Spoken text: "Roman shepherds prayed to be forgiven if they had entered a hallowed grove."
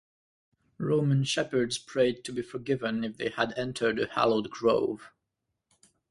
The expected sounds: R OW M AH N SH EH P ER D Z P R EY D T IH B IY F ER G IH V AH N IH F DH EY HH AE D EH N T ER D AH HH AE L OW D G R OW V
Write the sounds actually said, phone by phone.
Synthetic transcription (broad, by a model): R OW M AH N SH EH P ER D Z P R EY D T IH B IY F ER G IH V AH N IH F DH EY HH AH D EH N T ER D AH HH AE L OW D G R OW V